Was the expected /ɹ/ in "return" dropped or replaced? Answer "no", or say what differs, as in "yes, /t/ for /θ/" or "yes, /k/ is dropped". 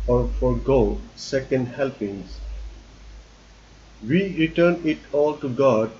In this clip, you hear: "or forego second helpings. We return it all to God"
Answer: no